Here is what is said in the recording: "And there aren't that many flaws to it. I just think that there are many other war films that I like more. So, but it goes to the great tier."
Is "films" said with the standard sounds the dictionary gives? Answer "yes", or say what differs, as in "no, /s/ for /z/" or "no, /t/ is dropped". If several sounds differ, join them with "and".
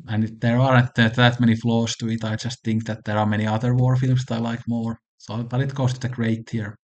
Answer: no, /s/ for /z/